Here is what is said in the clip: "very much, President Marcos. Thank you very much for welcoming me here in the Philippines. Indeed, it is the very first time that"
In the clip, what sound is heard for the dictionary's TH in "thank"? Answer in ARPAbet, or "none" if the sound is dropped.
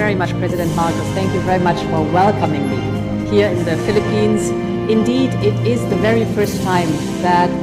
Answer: TH